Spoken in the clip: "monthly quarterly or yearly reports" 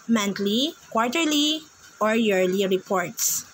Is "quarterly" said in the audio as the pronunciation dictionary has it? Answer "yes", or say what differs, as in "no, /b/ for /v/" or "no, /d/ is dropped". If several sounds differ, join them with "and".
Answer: yes